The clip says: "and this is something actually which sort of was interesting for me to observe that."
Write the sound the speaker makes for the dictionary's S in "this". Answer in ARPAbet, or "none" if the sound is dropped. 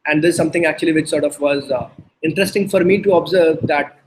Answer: none